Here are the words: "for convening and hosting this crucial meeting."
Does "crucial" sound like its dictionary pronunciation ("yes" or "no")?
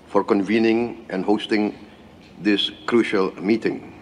yes